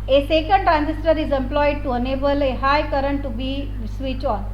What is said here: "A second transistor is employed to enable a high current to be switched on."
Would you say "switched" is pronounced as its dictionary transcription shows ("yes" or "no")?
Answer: no